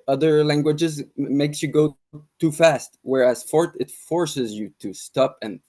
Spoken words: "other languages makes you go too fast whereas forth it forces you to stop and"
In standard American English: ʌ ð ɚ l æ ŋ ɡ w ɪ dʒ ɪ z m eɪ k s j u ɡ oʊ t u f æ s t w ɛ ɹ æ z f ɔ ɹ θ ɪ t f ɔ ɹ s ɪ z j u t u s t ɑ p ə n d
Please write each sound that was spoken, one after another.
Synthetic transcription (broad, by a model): ʌ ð ɚ l æ ŋ ɡ w ɪ dʒ ɪ z m eɪ k s j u ɡ oʊ t u f æ s t w ɛ ɹ æ z f ɔ ɹ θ ɪ t f ɔ ɹ s ɪ z j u t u s t ɑ p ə n